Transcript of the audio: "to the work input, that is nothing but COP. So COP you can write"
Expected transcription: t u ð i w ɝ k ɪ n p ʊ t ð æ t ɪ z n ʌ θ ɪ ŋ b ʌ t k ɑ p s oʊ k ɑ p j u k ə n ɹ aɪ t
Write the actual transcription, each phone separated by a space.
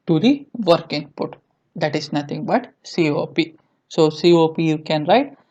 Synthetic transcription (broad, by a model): t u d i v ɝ k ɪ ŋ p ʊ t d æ t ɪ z n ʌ t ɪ ŋ b ʌ t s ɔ p s oʊ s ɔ p j u k ə n ɹ aɪ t